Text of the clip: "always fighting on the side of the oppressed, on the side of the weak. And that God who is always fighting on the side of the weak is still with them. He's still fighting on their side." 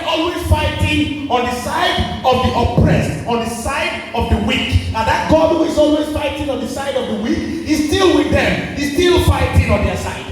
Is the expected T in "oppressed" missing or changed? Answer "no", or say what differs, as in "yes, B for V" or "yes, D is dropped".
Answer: no